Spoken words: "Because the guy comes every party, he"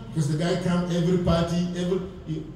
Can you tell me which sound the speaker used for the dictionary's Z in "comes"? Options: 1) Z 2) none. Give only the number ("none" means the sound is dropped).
2